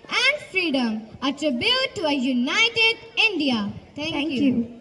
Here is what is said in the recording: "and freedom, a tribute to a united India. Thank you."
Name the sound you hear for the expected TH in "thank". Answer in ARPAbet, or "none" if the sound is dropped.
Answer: T